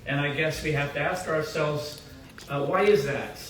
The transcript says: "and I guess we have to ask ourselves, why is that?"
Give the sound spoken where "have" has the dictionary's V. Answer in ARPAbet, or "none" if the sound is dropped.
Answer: F